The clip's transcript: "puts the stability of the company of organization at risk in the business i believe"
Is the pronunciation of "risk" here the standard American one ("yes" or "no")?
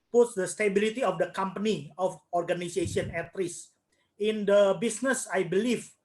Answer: no